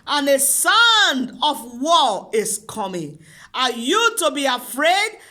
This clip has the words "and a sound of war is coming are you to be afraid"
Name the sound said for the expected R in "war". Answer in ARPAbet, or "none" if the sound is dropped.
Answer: L